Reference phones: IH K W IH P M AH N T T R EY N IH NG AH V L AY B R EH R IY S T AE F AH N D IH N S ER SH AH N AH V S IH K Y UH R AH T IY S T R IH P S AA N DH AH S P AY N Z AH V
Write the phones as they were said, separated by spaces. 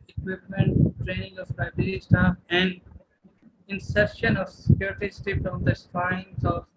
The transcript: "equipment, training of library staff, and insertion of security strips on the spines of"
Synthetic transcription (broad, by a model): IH K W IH P M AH N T T R EY N IH NG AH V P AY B IH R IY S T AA AH N D IH N S ER SH AH N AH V S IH K Y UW R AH T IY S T IH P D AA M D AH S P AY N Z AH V